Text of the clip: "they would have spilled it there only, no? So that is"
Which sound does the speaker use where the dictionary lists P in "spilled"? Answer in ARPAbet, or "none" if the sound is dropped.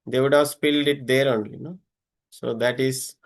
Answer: P